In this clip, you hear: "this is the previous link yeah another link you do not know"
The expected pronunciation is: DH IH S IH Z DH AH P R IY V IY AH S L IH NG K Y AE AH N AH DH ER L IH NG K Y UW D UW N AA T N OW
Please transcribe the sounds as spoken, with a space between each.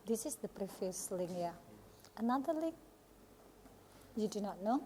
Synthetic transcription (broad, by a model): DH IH S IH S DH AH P R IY F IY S L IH NG Y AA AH N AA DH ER L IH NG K Y UW D UW N AA T N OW